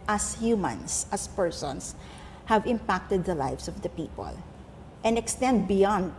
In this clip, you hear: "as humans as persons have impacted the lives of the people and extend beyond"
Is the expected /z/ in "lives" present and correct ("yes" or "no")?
no